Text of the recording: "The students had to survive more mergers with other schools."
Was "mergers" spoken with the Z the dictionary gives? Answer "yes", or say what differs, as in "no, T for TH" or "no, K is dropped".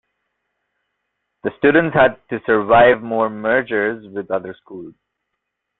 yes